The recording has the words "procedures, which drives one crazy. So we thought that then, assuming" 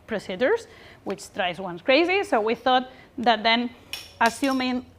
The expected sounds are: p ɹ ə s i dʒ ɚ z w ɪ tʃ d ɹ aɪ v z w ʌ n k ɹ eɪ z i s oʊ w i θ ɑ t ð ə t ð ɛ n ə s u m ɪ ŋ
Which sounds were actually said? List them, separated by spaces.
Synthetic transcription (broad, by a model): p ɹ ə s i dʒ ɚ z w ɪ tʃ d ɹ aɪ z w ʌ n k ɹ eɪ z i s oʊ w i θ ɑ t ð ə t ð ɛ n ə s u m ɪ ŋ